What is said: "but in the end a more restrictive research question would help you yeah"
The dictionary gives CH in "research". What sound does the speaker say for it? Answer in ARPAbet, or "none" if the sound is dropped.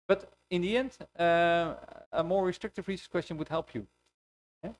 S